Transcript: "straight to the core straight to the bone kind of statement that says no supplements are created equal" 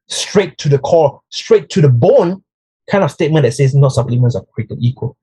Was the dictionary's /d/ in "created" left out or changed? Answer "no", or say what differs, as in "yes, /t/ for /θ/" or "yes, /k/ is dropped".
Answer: yes, /d/ is dropped